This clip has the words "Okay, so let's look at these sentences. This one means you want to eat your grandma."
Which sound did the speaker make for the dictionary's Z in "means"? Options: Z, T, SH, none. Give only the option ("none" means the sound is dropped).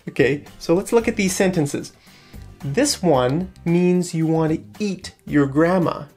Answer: Z